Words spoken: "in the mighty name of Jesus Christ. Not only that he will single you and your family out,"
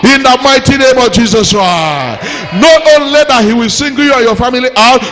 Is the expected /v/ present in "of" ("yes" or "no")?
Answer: yes